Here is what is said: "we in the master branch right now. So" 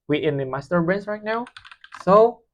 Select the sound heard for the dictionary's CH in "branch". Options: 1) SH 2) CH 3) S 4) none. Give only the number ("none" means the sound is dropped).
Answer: 3